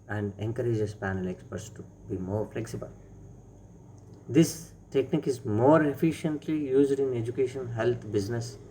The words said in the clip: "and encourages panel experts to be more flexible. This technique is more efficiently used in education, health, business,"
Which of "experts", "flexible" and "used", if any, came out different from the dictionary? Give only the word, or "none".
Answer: none